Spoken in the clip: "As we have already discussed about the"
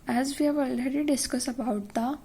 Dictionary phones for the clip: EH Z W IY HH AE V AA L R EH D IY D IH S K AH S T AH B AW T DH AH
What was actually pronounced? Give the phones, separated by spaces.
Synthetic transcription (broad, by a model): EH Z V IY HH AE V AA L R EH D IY D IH S K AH S AH B AW T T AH